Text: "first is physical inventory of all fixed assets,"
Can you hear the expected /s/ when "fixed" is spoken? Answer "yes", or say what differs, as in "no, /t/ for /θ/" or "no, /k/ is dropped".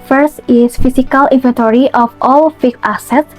no, /s/ is dropped